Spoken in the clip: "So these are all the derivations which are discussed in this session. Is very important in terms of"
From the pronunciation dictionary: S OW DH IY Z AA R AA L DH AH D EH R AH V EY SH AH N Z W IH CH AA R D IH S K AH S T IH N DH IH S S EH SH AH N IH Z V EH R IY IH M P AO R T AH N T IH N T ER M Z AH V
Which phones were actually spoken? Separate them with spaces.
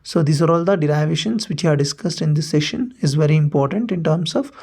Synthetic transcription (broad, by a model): S OW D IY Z AA R AA L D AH D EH R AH V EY SH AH N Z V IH CH AA R D IH S K AH S T IH N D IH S S EH SH AH N IH Z V EH R IY IH M P AO R T AH N T IH N T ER M S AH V